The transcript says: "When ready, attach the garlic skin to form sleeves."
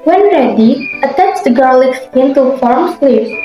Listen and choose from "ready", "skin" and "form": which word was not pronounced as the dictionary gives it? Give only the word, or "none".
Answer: skin